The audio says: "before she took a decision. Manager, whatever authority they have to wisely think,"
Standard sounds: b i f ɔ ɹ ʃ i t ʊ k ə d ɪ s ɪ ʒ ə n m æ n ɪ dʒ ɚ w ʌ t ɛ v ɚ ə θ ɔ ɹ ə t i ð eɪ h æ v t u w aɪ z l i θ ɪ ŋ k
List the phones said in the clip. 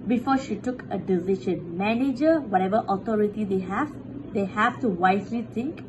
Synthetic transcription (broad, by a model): b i f ɔ ʃ i t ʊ k ə d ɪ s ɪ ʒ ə n m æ n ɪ dʒ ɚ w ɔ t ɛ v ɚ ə t ɔ ɹ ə t i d eɪ h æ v t u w aɪ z l i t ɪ ŋ k